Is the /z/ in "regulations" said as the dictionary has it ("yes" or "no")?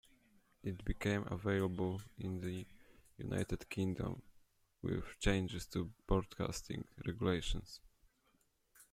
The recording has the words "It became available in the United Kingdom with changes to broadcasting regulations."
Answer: no